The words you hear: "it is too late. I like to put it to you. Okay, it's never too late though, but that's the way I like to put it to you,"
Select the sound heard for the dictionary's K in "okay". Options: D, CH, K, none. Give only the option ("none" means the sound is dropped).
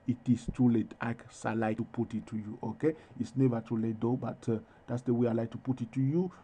K